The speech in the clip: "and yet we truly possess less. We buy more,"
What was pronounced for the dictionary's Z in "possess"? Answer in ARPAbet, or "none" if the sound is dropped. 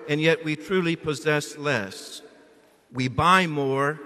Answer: Z